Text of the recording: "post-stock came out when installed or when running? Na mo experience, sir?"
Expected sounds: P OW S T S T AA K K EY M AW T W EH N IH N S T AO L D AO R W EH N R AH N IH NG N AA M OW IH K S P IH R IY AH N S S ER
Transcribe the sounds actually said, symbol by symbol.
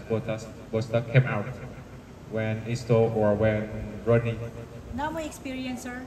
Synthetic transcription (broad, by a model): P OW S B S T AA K K EY M AW T W EH N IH S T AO AO R W EH N R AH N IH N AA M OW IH K S P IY R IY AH N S S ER